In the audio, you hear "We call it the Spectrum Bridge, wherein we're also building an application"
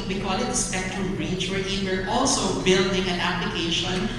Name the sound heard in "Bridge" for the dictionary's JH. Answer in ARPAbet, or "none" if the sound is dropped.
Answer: CH